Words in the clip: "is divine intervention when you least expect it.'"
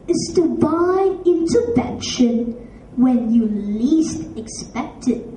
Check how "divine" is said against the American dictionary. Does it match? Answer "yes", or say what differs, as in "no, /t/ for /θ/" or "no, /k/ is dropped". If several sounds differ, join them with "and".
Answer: no, /b/ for /v/ and /n/ is dropped